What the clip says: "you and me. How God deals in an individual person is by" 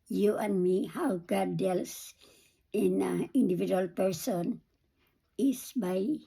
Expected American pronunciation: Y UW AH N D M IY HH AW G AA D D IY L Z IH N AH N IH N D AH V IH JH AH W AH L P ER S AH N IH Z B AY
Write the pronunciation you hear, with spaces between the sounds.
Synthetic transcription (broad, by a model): Y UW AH N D M IY HH AW G AA D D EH L S IH N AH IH N D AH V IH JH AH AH L P ER S AH N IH S B AY